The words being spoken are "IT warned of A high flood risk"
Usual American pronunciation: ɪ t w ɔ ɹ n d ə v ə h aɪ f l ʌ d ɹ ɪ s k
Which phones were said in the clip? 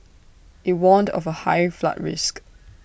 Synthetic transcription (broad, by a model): ɪ t w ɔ n d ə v ə h aɪ f l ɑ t ɹ ɪ s k